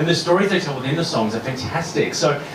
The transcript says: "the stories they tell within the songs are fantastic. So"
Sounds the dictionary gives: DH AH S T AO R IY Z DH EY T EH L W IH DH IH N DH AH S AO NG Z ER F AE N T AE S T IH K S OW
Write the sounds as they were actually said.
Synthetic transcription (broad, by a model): DH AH S T AO R IY Z DH EY T EH L W IH DH IH N DH AH S AO NG Z ER F AE N T AE S T IH K S OW